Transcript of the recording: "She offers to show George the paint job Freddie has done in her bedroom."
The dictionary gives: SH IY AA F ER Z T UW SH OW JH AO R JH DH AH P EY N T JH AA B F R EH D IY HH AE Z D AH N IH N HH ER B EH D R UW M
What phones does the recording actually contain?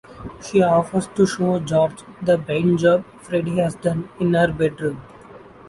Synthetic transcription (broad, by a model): SH IY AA F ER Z T UW SH OW JH AO R JH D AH B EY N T JH AA B F R EH D IY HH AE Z D AH N IH N HH ER B EH D R UW M